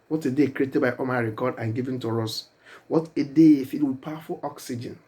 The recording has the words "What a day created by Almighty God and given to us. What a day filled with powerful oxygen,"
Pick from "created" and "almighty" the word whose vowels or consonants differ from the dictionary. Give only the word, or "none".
almighty